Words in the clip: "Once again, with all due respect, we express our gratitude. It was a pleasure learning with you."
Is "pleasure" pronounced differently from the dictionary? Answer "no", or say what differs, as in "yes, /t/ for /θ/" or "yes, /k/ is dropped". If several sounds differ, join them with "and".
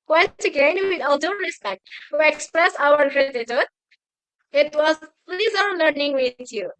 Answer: yes, /z/ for /ʒ/